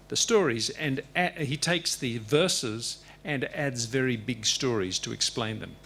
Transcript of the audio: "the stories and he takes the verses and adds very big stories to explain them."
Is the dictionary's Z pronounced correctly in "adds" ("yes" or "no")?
yes